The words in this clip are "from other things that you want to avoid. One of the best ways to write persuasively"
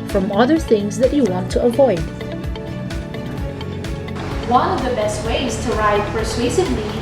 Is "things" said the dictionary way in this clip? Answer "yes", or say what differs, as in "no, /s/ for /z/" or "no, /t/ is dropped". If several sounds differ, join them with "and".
yes